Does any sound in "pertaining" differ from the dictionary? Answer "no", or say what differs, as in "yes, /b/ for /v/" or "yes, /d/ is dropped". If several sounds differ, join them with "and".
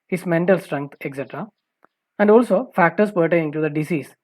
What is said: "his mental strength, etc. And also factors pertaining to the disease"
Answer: yes, /n/ is dropped